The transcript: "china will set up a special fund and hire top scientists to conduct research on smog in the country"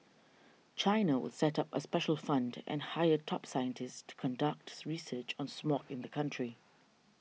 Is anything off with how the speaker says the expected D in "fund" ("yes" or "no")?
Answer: no